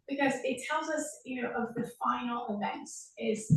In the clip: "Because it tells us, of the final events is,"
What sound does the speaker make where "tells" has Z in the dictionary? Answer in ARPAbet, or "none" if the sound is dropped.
Z